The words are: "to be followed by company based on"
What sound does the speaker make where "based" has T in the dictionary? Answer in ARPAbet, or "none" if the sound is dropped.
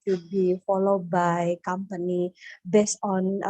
none